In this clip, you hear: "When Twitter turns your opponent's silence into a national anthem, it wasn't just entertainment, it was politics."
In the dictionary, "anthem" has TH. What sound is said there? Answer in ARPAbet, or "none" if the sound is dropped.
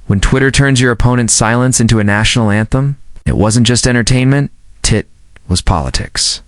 TH